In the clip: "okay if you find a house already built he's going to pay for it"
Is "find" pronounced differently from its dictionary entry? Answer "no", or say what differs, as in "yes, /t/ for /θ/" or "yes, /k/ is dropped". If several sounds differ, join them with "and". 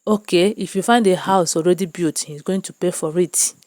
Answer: no